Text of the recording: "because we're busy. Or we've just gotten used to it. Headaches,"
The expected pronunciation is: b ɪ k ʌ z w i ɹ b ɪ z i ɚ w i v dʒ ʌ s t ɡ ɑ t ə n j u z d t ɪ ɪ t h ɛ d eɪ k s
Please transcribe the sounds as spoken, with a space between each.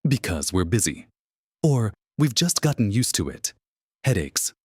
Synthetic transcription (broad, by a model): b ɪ k ʌ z w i ɹ b ɪ z i ɚ w i v dʒ ʌ s t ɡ ɑ t n j u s t ɪ ɪ t h ɛ d eɪ k s